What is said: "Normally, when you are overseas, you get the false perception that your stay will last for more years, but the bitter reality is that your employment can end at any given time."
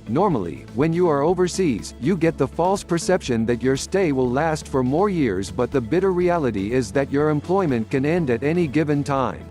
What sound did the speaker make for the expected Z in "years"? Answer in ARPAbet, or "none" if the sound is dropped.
Z